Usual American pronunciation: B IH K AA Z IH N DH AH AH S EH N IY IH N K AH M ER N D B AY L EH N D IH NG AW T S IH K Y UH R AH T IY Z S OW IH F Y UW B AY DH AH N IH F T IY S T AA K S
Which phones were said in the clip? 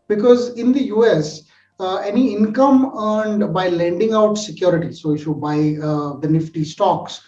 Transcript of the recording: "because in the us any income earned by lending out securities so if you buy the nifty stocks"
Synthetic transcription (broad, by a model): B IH K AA Z IH N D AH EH S EH N IY IH N K AH M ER N D B AY L EH N D IH NG AW T S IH K Y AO R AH T IY S OW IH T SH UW B AY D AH N IH F T IY S T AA K S